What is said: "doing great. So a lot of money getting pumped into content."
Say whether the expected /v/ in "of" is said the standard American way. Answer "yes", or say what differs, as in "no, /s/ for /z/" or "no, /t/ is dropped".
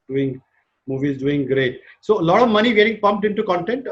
yes